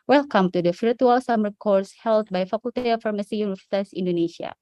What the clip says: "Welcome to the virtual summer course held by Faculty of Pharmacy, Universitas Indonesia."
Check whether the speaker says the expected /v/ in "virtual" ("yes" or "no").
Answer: no